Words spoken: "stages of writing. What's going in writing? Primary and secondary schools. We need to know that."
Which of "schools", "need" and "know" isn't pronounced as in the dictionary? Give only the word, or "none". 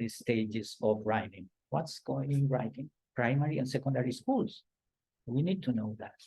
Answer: schools